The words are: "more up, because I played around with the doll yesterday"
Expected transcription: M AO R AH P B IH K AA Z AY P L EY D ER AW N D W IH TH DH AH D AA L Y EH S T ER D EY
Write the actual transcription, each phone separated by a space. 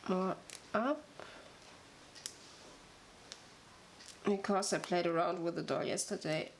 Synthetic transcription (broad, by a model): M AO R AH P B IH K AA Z AY P L EY D ER AW N D W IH DH AH D AA L Y EH S T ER D EY